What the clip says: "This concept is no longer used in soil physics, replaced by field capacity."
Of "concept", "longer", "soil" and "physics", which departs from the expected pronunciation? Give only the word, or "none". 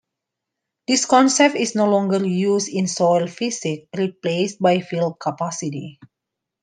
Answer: physics